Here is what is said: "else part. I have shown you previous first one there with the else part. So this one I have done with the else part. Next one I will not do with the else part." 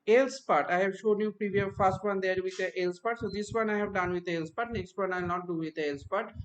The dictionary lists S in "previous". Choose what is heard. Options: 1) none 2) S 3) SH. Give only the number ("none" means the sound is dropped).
1